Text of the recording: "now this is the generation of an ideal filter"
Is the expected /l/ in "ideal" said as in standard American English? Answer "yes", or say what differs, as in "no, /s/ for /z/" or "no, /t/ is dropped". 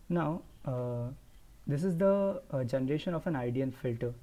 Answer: no, /n/ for /l/